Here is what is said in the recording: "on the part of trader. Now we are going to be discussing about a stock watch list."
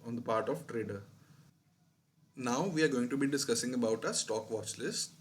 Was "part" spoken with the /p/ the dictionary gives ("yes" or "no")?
yes